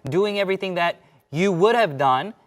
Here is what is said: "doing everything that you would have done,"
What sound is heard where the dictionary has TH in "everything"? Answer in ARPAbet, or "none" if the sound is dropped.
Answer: TH